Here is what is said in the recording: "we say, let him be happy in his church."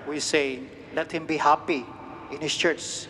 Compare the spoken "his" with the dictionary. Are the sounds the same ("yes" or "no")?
no